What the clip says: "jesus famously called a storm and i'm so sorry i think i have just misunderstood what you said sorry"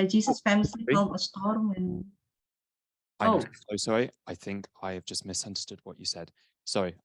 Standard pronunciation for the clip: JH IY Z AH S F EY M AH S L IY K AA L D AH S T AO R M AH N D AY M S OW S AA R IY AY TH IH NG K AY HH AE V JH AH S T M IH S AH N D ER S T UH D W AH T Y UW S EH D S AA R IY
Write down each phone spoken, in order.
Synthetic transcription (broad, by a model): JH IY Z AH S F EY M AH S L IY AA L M AH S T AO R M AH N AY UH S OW S AA R IY AY TH IH NG K AY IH V JH AH S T M IH S AH N D ER S T UH D W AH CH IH S EH D S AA R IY